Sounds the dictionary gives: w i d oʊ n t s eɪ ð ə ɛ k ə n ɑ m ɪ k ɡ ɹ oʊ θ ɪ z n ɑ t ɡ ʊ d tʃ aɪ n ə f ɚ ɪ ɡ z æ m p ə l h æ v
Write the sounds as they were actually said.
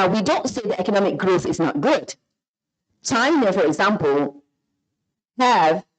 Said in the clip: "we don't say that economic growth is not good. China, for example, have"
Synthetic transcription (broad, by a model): w i d oʊ n t s eɪ ð ə ɛ k ə n ɑ m ɪ k ɡ ɹ oʊ θ ɪ z n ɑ t ɡ ʊ d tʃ aɪ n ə f ɚ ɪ ɡ z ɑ m p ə l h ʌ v